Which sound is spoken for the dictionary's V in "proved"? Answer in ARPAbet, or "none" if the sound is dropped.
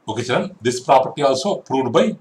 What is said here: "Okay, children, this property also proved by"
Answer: none